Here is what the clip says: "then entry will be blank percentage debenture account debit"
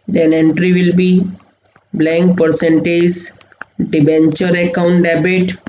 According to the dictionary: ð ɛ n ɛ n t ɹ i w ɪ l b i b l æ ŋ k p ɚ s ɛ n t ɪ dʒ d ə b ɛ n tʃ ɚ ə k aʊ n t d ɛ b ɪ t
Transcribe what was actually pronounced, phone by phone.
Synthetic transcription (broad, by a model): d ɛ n ɛ n t ɹ i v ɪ l b i b l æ ŋ k p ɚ s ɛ n t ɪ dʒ d ə b ɛ n tʃ ɚ ə k aʊ n t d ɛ b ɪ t